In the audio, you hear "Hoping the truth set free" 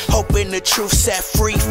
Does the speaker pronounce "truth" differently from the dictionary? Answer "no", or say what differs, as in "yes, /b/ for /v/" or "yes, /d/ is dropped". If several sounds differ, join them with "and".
yes, /f/ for /θ/